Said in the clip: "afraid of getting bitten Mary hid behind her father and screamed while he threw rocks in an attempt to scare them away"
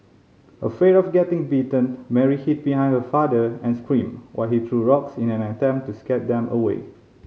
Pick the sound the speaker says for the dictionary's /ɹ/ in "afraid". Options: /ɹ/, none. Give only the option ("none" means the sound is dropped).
none